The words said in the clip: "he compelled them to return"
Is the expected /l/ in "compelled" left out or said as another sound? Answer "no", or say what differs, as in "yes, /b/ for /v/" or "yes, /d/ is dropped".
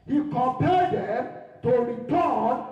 yes, /l/ is dropped